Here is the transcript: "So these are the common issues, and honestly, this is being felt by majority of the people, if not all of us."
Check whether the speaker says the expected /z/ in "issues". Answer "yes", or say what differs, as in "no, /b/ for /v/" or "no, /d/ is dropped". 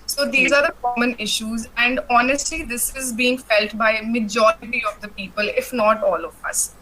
yes